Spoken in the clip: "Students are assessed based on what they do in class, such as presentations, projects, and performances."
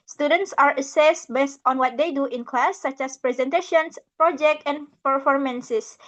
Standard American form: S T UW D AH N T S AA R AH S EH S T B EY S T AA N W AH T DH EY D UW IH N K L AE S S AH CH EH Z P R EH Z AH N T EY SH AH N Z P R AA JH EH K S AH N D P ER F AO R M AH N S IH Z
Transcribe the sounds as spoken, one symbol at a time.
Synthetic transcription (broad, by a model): S T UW D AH N T S AA R AH S EH S T B EY S T AA N W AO T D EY D UW IH N K L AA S S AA CH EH S P R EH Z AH N T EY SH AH N S P R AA JH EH K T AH N P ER F AO R M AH N S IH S